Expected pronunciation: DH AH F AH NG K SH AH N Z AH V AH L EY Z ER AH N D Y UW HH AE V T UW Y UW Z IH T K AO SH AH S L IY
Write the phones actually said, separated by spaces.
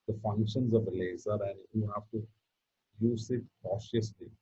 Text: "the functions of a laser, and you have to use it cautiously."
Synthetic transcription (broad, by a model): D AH F AH NG K SH AH N Z AH V AH L EY Z ER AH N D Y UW HH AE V T UW Y UW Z IH T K AO SH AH S L IY